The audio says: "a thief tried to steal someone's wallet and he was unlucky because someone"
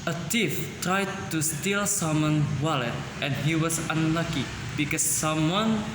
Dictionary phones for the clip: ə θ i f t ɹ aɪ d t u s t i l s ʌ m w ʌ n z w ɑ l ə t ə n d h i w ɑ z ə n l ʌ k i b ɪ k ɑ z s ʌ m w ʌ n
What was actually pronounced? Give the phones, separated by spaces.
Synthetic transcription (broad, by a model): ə t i f t ɹ aɪ d t u s t i l s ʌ m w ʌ n w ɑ l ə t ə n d h i w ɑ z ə n l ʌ k i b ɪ k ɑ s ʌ m w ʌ n